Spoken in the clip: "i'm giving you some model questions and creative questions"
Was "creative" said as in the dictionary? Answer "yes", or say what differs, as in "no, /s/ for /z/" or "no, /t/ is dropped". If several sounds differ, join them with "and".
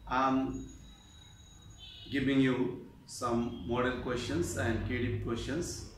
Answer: no, /ɹ/ is dropped